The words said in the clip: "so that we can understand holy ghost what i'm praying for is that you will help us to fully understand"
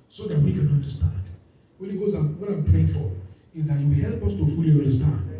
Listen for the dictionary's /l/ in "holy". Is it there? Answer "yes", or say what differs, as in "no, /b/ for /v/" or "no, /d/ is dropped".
no, /n/ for /l/